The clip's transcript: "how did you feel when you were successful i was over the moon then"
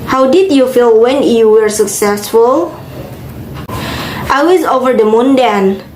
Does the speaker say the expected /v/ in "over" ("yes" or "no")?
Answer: yes